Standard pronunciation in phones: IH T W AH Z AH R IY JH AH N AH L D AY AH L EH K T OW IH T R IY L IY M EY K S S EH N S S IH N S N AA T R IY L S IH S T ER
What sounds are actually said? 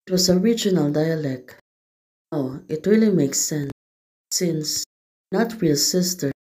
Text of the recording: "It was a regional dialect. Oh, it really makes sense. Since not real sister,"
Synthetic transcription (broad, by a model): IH T W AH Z AH R IY JH AH N AH L D AY AH L EH K T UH IH T R IY L IY M EY K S S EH N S S IH N S N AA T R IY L S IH S T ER